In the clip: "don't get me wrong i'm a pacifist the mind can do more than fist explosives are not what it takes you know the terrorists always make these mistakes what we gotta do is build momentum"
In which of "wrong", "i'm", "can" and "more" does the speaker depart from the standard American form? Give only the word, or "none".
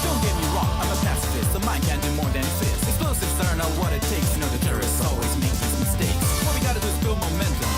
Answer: none